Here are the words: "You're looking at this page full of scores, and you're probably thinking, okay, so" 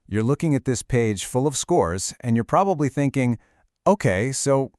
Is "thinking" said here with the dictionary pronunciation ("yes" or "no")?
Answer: yes